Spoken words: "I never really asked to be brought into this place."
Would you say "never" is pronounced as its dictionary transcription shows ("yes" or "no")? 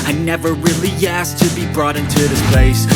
yes